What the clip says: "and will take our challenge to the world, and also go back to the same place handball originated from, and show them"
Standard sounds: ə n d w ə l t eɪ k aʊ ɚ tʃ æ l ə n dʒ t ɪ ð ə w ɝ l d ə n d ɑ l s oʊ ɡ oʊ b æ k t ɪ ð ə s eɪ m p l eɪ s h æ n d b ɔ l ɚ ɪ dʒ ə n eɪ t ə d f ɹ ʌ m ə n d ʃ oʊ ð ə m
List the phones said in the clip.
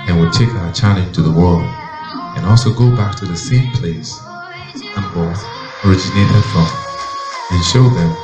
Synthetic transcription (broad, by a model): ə n w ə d t eɪ k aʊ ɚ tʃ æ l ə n t ɪ ð ə w ɝ l d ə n ɑ l s oʊ ɡ oʊ b æ k t ɪ ð ə s eɪ m p l eɪ s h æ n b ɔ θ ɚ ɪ dʒ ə n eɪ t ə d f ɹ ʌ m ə n ʃ oʊ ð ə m